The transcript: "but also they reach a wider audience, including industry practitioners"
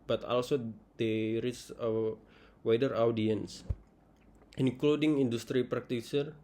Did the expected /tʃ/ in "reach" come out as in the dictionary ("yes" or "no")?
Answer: no